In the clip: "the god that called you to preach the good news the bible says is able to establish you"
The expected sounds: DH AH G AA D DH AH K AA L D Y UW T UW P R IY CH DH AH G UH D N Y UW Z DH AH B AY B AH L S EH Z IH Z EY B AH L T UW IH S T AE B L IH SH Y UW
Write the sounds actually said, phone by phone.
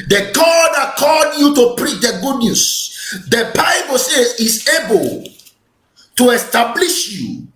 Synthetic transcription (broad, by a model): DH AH G AA D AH K AA D Y UW T UW P R IY CH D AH G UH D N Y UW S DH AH B AY B AH L S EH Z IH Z EY B AH L T UW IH S T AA B L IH SH Y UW